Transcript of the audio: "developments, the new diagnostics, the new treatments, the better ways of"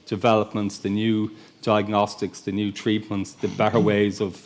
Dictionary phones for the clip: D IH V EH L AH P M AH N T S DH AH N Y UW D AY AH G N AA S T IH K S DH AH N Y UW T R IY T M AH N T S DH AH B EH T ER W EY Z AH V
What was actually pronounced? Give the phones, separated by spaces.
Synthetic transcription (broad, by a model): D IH V EH L AH P M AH N T S DH AH N Y UW D AY AH G N AA S T IH K S DH AH N Y UW T R IY T M AH N T S DH AH B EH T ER W EY Z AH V